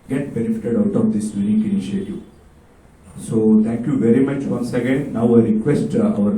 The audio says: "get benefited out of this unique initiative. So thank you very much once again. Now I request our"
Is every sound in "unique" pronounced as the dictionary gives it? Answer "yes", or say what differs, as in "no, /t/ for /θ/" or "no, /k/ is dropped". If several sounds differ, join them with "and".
no, /l/ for /n/